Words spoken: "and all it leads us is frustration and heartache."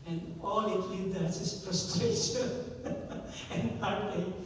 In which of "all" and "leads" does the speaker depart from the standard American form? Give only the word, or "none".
leads